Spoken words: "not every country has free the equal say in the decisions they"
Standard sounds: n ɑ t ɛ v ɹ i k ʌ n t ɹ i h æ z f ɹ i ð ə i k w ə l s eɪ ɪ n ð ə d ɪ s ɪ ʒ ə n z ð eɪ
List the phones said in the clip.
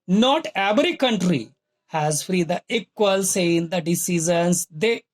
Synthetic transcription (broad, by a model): n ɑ t ɛ v ɹ i k ʌ n t ɹ i h æ z f ɹ i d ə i k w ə l s eɪ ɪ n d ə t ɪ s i z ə n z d eɪ